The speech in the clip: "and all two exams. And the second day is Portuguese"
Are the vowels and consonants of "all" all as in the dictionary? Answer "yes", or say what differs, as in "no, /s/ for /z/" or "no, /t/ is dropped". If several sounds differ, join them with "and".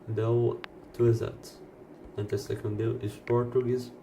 no, /w/ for /l/